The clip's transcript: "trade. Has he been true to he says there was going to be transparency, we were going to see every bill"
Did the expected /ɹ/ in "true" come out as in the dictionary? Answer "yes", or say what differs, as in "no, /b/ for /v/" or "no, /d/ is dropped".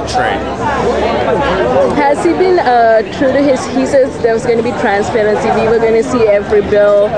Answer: yes